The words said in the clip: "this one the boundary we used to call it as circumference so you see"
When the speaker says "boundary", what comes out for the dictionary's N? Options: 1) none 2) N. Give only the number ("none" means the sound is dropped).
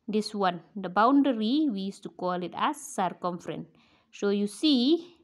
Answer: 2